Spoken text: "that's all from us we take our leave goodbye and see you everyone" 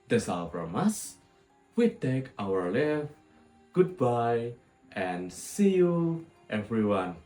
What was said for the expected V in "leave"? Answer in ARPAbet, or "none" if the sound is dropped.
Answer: F